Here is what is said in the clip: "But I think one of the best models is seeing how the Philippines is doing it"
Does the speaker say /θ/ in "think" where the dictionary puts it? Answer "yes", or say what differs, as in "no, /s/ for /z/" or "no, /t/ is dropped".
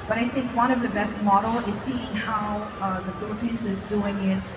yes